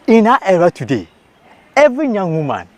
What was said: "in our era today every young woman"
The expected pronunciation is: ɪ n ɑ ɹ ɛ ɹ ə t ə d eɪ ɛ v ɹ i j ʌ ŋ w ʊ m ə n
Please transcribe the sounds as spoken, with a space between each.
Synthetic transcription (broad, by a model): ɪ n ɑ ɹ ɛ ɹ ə t ə d eɪ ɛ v i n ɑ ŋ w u m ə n